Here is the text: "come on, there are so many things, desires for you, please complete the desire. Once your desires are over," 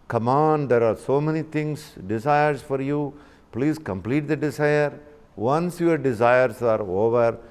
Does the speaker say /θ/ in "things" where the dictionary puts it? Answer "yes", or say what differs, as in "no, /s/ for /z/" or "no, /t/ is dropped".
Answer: no, /t/ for /θ/